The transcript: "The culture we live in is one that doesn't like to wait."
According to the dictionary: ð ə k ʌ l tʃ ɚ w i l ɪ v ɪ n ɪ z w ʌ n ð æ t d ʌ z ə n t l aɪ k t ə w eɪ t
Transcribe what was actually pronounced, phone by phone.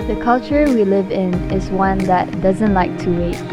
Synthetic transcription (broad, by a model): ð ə k ʌ l tʃ ɚ w i l ɪ v ɪ n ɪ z w ʌ n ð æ t d ʌ z ə n t l aɪ k t ə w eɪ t